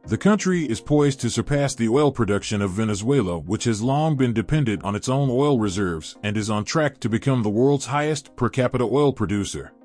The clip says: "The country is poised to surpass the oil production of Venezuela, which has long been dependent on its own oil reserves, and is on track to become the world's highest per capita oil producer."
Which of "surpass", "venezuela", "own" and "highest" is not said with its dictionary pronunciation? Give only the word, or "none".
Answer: none